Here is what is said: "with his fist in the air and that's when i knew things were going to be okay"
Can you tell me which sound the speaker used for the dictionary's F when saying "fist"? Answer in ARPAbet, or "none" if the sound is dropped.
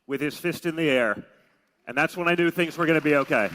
F